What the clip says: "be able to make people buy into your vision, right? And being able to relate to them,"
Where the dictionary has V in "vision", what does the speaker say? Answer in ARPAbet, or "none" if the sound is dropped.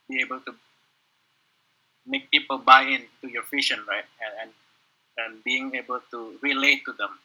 F